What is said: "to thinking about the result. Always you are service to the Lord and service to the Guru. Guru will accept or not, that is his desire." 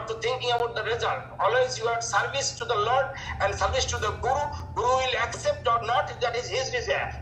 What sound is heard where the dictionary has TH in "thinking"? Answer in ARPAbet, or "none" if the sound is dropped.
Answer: T